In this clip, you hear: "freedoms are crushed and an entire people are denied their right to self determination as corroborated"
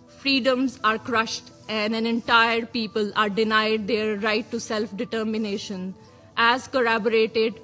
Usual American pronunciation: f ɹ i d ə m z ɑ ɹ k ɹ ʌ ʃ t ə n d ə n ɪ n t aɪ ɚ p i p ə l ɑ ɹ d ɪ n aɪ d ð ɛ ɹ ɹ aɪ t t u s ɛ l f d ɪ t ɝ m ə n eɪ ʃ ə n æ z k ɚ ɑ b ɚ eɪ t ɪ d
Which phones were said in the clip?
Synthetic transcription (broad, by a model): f ɹ i d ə m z ɑ ɹ k ɹ ʌ ʃ t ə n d ə n ɪ n t aɪ ɚ p i p ə l ɑ ɹ d ɪ n aɪ d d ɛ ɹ ɹ aɪ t t u s ɛ l f d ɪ t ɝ m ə n eɪ ʃ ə n æ z k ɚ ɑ b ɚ eɪ t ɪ d